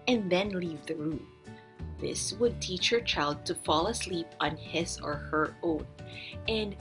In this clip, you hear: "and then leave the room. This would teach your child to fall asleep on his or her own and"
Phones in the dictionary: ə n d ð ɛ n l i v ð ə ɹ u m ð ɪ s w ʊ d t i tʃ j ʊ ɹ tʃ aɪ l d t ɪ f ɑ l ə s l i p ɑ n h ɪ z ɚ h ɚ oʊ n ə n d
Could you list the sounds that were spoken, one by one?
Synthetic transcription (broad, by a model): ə n ð ɛ n l i v ð ə ɹ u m ð ɪ s w ʊ d t i tʃ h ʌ ɹ tʃ aɪ l d t ɪ f ɑ l ə s l i p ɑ n h ɪ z ɚ h ɚ oʊ n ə n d